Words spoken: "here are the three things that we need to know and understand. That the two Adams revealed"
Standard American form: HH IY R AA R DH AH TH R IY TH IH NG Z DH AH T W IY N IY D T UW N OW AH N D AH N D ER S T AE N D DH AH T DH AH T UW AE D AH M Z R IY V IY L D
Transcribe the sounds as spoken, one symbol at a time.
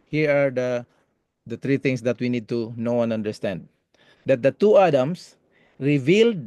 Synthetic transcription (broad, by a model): HH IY R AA R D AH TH R IY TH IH NG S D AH T W IY N IY D T UW N OW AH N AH N D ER S T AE N D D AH T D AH T UW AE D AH M S R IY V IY L D